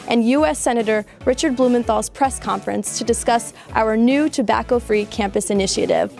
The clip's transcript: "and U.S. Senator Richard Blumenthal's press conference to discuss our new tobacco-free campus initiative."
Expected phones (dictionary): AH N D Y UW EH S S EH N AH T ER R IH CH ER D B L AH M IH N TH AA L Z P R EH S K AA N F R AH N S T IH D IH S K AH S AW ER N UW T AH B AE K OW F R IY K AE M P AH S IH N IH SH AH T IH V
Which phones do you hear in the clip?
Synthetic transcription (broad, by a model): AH N Y UW EH S S EH N AH T ER R IH CH ER D B L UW M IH N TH AA L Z P R EH S K AA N F R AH N S T IH D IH S K AH S AW ER N UW T AH B AE K OW F R IY K AE M P AH S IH N IH SH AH T IH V